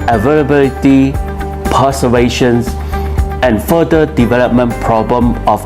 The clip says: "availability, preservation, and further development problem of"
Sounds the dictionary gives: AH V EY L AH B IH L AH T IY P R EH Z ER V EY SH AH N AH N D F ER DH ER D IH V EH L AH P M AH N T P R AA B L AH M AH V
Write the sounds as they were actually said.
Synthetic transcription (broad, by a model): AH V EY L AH B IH L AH T IY P AH S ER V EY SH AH N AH N F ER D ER D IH V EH L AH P M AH N P R AA B L AH M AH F